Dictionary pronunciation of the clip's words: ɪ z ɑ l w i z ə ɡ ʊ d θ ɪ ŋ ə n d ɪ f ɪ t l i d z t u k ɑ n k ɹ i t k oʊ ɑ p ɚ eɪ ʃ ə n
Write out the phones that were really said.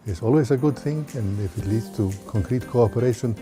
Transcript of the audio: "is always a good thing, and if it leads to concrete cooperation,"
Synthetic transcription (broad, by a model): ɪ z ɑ l w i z ə ɡ ʊ d θ ɪ ŋ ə n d ɪ f ɪ t l i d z t u k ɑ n k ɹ i t k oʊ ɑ p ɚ eɪ ʃ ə n